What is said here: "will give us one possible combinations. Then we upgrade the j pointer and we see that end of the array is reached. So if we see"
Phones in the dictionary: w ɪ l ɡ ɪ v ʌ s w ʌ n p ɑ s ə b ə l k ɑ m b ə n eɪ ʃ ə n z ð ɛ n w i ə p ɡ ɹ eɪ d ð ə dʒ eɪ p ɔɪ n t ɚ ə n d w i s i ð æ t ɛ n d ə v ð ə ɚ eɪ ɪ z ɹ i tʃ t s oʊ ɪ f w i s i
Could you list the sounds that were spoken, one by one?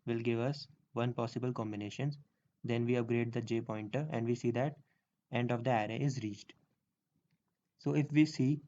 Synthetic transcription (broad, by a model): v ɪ l ɡ ɪ v ʌ s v ʌ n p ɑ s ə b ə l k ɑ m b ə n eɪ ʃ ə n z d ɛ n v i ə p ɡ ɹ eɪ d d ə dʒ eɪ p ɔɪ n t ɚ ə n d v i s i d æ t ɛ n d ə v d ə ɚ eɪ ɪ z ɹ i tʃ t s oʊ ɪ f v i s i